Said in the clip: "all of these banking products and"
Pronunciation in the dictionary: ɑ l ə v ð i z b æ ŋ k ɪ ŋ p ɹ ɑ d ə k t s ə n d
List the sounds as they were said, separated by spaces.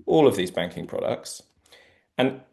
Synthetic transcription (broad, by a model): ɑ l ə v ð i z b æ ŋ k ɪ ŋ p ɹ ɑ d ə k t s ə n